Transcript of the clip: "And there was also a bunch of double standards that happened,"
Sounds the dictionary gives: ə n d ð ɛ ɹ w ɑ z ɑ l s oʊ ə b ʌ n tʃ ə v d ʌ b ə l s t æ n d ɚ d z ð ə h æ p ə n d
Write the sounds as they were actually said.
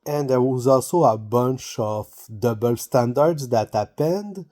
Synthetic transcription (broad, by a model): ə n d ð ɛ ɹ w ɑ z ɑ l s oʊ ə b ʌ n tʃ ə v d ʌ b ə l s t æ n d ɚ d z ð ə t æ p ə n d